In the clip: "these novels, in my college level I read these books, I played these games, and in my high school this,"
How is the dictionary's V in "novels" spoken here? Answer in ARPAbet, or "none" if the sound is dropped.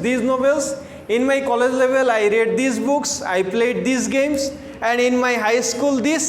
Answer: B